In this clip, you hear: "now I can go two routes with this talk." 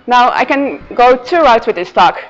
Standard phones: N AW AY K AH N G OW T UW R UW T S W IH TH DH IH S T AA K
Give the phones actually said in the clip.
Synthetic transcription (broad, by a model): N AW AY K AH N G OW T UW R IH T W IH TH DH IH S T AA K